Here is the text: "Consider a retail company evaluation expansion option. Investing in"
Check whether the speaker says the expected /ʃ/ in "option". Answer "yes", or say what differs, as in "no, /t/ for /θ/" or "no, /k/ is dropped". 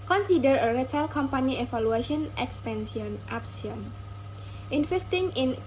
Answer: no, /s/ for /ʃ/